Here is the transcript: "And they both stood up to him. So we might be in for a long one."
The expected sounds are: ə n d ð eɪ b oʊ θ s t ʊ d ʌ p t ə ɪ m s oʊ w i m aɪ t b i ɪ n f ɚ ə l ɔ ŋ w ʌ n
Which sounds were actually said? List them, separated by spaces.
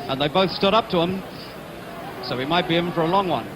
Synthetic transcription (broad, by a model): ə n ð eɪ b oʊ θ s t ʊ d ʌ p t ə ɪ m s oʊ w i m aɪ t b i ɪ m f ɚ ə l ɔ ŋ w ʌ n